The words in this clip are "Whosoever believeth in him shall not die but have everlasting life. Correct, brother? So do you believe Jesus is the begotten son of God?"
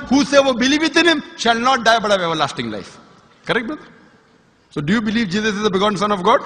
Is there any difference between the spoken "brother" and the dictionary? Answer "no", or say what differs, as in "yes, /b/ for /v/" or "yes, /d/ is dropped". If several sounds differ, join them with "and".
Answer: yes, /ɹ/ is dropped